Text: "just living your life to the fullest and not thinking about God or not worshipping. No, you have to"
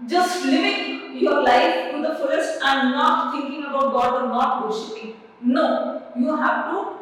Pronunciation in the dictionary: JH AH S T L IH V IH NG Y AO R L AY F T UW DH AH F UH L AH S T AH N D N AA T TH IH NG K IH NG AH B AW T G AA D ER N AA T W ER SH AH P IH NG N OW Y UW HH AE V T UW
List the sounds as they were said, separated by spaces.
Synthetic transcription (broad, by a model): JH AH S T L IH V IH NG Y AO R L AY F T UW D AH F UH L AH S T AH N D N AA T T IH NG K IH NG AH B AW T G AA D ER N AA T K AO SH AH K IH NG N OW Y UW HH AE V T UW